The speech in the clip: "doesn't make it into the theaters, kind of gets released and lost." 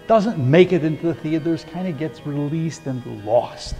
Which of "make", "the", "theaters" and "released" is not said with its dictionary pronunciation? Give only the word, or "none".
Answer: none